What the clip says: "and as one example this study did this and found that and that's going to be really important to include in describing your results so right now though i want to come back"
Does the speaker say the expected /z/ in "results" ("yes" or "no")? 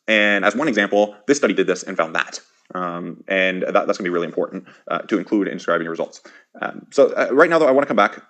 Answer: yes